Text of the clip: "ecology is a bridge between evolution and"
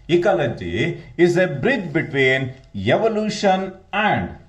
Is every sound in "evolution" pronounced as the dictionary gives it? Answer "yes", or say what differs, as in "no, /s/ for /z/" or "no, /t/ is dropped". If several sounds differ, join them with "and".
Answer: yes